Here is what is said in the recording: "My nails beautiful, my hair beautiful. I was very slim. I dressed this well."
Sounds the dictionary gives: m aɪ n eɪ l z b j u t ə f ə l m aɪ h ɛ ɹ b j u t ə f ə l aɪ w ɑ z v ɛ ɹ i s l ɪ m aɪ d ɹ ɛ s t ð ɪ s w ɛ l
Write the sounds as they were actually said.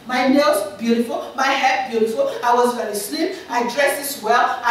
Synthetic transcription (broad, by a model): m aɪ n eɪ z b j u t ə f ə l m aɪ h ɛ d b j u t ə f ə l aɪ w ɑ z v ɛ ɹ i s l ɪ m aɪ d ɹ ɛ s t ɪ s w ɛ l